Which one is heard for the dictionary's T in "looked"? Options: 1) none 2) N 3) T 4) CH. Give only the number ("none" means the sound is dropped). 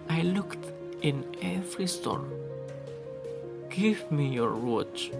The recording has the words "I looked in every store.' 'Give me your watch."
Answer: 3